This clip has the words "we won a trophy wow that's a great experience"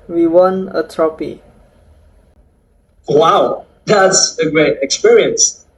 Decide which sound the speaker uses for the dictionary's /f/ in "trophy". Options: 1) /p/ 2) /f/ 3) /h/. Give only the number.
1